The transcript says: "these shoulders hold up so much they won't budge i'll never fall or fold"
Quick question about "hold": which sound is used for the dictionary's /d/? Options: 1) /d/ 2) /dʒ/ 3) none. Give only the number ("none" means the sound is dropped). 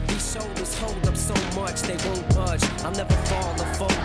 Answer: 1